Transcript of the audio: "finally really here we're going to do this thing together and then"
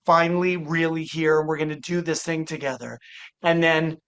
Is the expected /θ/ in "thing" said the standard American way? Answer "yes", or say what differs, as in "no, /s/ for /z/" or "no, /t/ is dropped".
yes